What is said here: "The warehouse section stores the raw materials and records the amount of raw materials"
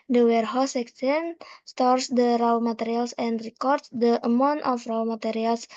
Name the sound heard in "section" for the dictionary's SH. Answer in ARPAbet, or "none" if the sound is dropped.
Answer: S